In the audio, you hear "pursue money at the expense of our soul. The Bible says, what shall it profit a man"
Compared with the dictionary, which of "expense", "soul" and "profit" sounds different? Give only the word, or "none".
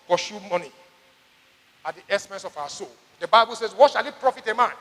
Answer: expense